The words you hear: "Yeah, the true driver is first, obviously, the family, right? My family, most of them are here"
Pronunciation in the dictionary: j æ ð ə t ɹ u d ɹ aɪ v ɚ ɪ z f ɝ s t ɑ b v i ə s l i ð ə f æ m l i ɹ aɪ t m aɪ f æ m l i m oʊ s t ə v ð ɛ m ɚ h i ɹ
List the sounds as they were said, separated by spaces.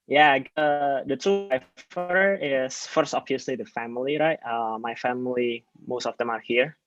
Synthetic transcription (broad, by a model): j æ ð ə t u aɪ f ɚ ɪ s f ɝ s t ɑ b v i ə s l i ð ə f æ m l i ɹ aɪ t m aɪ f æ m l i m oʊ s t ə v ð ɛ m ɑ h i ɹ